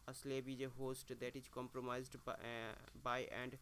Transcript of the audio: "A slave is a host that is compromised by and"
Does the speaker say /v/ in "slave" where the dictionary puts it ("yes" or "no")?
no